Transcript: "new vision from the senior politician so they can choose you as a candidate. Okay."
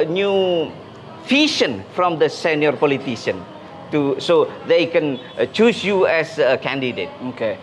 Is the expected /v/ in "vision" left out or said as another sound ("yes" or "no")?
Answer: yes